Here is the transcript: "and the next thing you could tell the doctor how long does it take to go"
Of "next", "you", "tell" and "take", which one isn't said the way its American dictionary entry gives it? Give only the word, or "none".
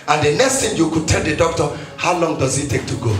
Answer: none